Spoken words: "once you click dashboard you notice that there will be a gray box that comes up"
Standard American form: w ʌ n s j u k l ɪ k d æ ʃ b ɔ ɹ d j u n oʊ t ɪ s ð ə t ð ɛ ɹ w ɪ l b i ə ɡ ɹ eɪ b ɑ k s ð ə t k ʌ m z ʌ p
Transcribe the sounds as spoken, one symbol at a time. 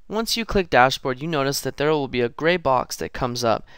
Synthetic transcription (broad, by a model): w ʌ n s j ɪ k l ɪ k d æ ʃ b ɔ ɹ d j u n oʊ t ɪ s ð ə t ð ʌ ɹ w ɪ l b i ə ɡ ɹ eɪ b ɑ k s ð ə t k ʌ m z ʌ p